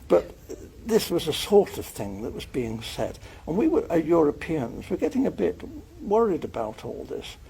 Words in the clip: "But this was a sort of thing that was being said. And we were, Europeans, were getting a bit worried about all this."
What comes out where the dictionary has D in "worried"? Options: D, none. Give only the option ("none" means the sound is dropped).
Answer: D